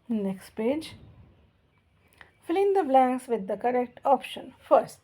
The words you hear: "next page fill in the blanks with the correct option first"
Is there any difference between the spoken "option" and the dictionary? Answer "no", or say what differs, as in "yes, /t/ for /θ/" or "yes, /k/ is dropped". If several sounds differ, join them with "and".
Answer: no